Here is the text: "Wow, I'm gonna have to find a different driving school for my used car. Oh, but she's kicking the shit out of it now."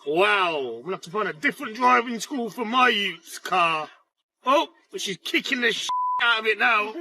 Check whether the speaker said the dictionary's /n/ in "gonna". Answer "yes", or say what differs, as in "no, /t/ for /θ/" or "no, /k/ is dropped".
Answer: no, /n/ is dropped